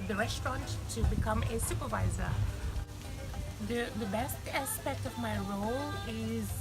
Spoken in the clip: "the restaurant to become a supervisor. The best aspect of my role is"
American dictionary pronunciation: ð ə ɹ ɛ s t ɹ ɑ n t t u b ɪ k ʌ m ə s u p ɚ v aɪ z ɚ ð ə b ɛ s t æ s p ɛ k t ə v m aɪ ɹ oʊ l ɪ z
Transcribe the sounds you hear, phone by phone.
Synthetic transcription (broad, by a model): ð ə ɹ ɛ s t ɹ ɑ n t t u b ɪ k ʌ m ə s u p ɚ v aɪ z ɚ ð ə b ɛ s t æ s p ɛ k t ə v m aɪ ɹ oʊ l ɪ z